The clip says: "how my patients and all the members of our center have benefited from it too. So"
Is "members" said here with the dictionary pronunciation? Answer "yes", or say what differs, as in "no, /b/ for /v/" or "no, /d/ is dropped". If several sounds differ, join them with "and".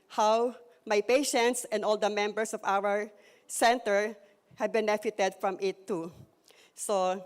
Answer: no, /s/ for /z/